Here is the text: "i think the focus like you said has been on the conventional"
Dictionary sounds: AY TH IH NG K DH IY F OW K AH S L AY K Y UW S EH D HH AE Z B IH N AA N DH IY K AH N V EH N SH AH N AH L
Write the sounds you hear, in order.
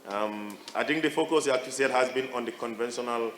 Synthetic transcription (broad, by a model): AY T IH NG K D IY F OW K AH S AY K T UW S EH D HH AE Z B IH N AA N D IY K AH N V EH N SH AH N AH L